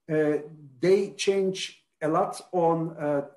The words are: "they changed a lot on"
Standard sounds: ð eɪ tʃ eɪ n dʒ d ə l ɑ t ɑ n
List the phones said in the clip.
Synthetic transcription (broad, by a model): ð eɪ tʃ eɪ n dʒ ə l ɑ t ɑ n